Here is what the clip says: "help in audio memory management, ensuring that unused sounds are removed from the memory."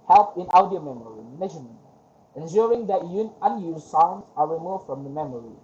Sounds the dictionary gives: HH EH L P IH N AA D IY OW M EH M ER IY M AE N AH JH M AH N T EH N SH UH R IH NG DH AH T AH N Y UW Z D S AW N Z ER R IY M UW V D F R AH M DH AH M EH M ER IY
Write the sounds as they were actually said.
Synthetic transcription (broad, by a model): HH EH L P IH N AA D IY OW M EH M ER IY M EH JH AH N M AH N EH N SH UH R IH NG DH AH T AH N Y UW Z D S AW N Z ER R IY M UW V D F R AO M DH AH M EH M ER IY